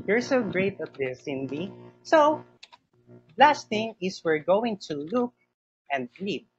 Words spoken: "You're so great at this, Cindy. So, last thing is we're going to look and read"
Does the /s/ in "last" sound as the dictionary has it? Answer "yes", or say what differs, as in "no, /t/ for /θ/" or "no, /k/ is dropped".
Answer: yes